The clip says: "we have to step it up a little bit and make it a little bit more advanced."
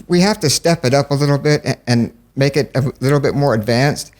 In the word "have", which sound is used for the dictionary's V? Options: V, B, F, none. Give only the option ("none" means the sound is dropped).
F